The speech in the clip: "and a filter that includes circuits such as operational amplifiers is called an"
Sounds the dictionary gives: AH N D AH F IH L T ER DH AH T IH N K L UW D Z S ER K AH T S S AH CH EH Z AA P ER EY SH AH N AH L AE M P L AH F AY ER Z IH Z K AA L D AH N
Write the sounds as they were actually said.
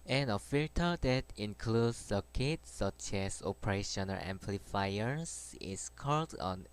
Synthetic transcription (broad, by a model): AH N AH F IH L T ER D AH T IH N K L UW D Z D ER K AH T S S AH CH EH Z AA P ER EY SH AH N AH L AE M P L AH F AY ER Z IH S K AA L D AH N